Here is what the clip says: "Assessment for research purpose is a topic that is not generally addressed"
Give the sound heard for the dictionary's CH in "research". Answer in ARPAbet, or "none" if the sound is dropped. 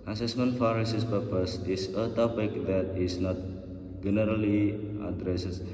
S